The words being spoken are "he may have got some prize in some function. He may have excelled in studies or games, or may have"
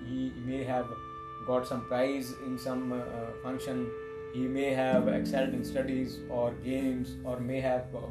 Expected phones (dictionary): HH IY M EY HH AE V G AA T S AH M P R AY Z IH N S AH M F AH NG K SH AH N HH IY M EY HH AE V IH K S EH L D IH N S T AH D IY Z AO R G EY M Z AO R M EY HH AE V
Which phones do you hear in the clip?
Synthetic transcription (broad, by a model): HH IY M EY HH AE V G AA T S AH M P R AY Z IH N S AH M F AH NG K SH AH N HH IY M EY HH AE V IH K S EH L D IH N S T AH D IY Z AO R G EY M Z AO R M EY HH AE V